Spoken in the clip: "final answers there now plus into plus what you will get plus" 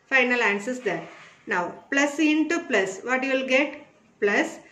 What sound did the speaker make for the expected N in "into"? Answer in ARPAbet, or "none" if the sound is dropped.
N